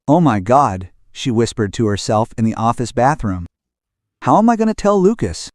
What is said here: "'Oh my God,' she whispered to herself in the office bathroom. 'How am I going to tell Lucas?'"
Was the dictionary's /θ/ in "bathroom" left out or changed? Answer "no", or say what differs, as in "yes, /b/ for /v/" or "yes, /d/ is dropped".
no